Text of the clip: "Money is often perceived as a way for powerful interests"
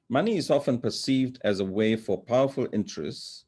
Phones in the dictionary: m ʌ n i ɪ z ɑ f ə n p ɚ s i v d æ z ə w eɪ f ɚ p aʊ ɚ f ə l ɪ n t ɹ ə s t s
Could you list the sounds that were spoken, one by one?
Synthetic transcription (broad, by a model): m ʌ n i ɪ z ɑ f ə n p ɚ s i v d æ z ə w eɪ f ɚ p aʊ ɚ f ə l ɪ n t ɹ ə s t s